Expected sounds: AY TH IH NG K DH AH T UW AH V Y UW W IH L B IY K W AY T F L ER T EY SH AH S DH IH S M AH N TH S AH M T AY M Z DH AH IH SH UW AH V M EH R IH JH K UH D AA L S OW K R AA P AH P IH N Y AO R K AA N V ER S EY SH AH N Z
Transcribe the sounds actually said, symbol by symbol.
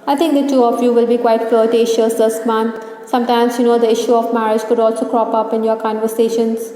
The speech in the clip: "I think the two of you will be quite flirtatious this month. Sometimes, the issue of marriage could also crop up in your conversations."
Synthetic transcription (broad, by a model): AY T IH NG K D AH T UW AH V Y UW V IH L B IY K W AY T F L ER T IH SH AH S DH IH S M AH N T S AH M T AY M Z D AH IH SH UW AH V M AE R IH JH K UH D AA L S OW K R AA P AH P IH N Y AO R K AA N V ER S EY SH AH N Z